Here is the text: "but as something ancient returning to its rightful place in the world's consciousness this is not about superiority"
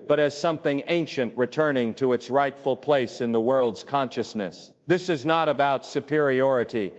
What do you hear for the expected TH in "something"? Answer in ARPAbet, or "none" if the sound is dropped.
TH